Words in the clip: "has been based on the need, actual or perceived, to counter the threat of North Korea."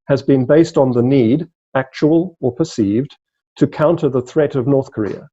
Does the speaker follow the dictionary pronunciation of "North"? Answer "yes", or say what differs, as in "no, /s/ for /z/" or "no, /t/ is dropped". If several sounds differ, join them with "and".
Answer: yes